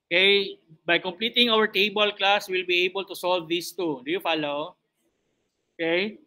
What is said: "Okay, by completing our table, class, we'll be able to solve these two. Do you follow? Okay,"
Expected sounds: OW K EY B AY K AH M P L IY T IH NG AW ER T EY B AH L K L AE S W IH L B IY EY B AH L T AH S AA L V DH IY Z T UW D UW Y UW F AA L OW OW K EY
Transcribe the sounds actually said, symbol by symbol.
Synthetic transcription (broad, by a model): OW K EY B AY K AH M P L IY T IH NG AW ER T EY B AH L K L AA S W IH L B IY EY B AH L T AH S AA L V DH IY S T UW D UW Y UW F AA L OW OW K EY